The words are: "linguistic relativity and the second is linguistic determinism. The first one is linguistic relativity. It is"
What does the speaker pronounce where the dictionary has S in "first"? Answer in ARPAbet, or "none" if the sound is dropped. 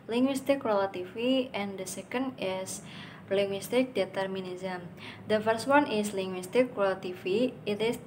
S